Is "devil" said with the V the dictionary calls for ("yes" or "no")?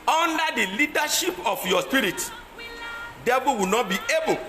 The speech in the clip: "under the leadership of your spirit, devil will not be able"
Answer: no